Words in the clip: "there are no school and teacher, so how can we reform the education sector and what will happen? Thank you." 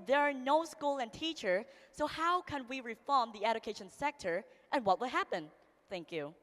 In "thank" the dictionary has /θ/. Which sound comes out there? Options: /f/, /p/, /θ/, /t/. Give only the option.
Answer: /θ/